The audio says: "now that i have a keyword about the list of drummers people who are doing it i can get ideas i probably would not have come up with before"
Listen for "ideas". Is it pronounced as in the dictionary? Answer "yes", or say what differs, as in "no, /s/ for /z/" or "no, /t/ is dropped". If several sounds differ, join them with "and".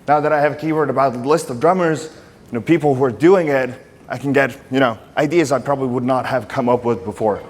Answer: yes